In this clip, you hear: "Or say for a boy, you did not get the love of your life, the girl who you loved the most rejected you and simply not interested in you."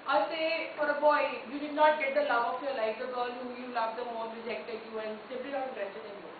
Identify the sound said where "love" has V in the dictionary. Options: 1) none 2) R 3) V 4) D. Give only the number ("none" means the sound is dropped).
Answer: 1